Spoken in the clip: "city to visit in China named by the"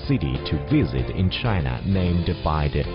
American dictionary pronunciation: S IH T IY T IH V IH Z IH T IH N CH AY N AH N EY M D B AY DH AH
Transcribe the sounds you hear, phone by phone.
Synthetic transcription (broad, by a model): S IH T IY T IH V IH Z IH T IH N CH AY N AH N EY M D B AY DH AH